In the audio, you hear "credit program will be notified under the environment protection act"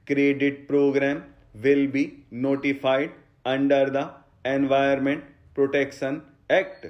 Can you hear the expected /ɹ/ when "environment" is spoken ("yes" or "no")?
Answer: no